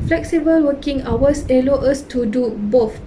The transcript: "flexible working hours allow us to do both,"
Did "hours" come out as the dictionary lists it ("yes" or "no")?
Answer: no